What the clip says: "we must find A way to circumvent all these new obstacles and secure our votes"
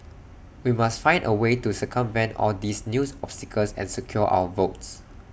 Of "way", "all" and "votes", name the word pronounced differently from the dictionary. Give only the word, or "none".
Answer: none